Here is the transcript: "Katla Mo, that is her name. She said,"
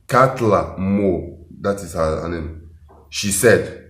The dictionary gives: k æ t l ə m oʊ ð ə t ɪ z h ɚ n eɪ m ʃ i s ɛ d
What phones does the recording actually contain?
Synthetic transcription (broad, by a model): k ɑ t l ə m oʊ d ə t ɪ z h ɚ n eɪ m ʃ i s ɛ d